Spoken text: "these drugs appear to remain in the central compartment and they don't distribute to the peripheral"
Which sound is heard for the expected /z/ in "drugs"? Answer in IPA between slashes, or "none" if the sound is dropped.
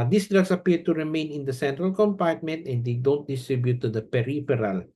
/s/